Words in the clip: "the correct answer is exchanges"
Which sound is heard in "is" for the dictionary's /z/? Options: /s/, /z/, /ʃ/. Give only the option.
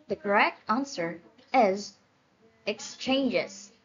/z/